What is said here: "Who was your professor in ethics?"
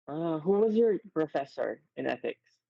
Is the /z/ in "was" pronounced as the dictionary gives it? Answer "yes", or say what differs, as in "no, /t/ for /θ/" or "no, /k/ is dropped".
yes